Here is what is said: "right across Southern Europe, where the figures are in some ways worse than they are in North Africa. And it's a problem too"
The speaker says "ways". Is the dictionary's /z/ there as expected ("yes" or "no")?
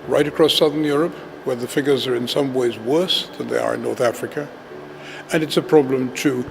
yes